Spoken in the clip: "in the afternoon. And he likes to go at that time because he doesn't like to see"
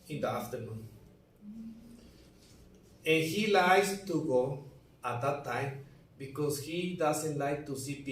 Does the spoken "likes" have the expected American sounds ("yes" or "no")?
no